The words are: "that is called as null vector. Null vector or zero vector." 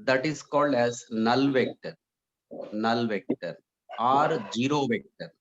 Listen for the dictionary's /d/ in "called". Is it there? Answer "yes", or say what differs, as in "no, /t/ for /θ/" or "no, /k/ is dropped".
yes